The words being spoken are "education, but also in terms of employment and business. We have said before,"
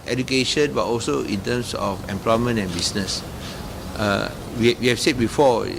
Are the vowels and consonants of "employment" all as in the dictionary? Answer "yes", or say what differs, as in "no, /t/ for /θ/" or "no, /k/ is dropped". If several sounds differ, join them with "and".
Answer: yes